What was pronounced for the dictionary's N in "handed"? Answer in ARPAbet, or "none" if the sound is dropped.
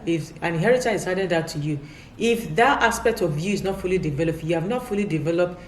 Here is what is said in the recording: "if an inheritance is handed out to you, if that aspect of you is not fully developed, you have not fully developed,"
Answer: none